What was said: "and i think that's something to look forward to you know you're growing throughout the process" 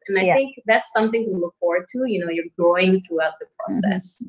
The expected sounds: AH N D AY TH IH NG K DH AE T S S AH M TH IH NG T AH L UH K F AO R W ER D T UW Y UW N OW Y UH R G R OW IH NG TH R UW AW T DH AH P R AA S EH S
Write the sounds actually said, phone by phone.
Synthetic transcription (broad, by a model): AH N AY TH IH NG K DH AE T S S AH M TH IH NG T AH L UH K F AO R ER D T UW Y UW N OW Y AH R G OW IH NG TH R UW AW T DH AH P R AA S EH S